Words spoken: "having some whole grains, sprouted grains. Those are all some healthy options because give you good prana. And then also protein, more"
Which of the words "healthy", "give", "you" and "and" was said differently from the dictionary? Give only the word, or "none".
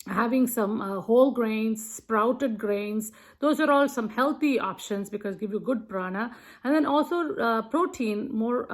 healthy